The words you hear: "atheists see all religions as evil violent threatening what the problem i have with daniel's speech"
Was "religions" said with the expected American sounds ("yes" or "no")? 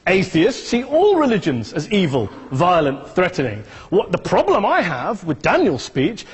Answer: yes